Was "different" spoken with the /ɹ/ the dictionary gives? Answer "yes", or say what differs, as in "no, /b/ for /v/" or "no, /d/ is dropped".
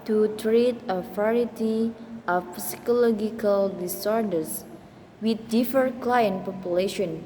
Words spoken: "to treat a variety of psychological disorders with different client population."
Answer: no, /ɹ/ is dropped